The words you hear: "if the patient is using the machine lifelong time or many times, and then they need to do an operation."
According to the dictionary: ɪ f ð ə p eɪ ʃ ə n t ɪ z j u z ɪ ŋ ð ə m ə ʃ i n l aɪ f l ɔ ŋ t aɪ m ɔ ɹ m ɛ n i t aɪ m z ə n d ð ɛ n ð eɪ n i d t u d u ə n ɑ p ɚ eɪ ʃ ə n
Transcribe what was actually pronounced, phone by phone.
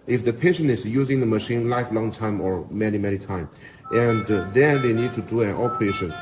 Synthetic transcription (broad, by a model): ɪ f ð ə p eɪ ʃ ə n t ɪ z j u z ɪ ŋ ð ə m ə ʃ i n l aɪ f l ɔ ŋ t aɪ m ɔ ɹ m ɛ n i t aɪ m ə n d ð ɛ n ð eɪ n i d t u d u ə n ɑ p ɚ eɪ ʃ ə n